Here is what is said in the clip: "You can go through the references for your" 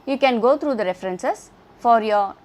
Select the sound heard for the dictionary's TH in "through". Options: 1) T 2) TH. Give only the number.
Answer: 1